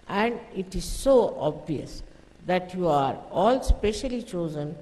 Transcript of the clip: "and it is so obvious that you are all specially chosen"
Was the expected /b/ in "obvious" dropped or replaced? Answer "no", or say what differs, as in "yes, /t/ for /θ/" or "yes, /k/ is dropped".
no